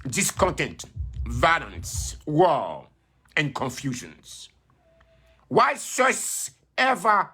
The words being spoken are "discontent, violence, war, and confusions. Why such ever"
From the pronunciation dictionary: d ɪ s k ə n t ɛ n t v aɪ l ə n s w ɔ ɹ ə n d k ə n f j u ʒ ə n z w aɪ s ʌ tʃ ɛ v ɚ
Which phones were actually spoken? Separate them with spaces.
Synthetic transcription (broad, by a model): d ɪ s k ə n t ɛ n t v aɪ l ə n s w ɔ l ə n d k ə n f j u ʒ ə n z w aɪ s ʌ s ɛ v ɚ